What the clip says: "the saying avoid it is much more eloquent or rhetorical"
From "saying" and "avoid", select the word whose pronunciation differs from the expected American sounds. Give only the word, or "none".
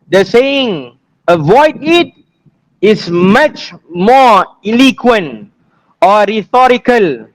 none